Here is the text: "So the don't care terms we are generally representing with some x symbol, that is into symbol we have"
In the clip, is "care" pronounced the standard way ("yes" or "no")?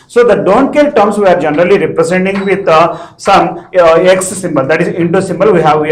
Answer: no